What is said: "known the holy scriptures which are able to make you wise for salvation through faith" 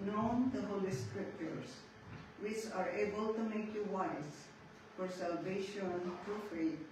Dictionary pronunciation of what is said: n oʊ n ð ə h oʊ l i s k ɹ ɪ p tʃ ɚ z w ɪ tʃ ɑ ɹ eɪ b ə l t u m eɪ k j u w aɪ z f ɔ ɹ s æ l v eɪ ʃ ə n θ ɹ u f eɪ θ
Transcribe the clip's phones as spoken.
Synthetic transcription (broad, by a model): n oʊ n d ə h oʊ l i s k ɹ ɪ p tʃ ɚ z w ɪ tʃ ɑ ɹ eɪ b ə l t u m eɪ k j u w aɪ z f ɔ ɹ s æ l v eɪ ʃ ə n t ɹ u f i